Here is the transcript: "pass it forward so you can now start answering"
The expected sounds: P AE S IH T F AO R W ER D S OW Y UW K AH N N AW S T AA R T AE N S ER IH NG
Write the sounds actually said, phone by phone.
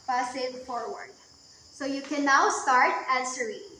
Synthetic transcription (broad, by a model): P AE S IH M F AO R W ER D S OW Y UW K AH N N AW S T AA R T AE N S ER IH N